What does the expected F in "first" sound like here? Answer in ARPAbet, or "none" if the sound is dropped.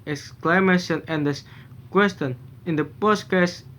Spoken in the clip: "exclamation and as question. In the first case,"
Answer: P